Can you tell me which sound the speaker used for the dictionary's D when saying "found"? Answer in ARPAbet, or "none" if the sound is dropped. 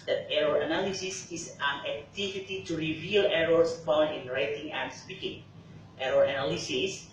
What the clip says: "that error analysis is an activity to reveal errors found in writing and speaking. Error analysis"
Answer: none